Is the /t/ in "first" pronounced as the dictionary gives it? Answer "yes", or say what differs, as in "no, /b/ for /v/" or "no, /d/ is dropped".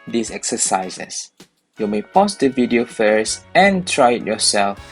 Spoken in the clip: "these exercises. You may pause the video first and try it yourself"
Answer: no, /t/ is dropped